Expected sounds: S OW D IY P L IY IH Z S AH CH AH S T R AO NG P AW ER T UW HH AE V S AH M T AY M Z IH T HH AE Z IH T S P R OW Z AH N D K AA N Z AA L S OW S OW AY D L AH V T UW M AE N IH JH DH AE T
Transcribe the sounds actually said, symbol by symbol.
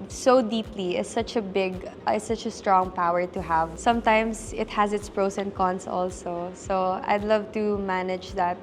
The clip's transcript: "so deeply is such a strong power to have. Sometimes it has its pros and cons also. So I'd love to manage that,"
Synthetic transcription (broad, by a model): S OW D IY P L IY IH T S AH CH AH S T R AO NG P AW ER T UW HH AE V S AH M T AY M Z IH T HH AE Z IH T S P R OW S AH N K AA N S AA L S OW S OW AY D L AH V T UW M AE N IH JH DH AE T